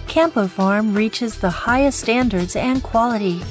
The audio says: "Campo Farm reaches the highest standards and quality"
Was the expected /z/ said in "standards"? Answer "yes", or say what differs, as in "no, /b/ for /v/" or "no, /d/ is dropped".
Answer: yes